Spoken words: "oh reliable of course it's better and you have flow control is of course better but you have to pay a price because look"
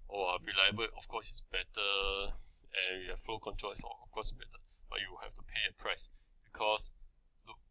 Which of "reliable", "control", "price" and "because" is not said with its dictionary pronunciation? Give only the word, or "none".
because